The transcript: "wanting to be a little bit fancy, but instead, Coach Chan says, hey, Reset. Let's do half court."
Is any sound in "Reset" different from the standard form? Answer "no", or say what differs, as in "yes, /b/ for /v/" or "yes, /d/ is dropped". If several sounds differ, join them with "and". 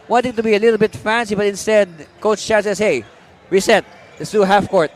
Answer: yes, /w/ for /ɹ/